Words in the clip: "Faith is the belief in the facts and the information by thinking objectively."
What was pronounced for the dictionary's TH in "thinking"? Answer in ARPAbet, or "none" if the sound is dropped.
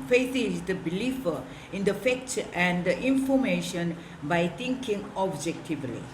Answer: T